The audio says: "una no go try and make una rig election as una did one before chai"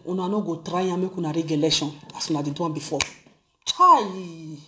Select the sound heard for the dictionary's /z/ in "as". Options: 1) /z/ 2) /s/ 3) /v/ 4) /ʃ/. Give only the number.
2